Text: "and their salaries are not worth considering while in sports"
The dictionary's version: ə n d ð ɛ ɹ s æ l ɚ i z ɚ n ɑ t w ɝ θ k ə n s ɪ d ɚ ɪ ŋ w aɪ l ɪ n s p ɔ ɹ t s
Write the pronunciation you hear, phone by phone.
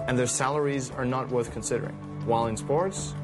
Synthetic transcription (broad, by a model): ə n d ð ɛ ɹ s æ l ɚ i z ɚ n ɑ t w ɝ θ k ə n s ɪ d ɚ ɪ ŋ w aɪ l ɪ n s p ɔ ɹ t s